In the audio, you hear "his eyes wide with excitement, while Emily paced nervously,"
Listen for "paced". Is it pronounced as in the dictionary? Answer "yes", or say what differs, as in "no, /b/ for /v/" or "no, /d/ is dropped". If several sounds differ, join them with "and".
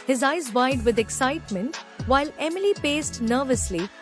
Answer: yes